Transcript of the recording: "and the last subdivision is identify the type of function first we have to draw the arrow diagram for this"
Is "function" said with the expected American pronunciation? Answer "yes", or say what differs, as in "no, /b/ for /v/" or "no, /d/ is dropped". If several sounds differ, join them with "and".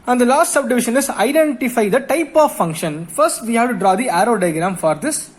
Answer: yes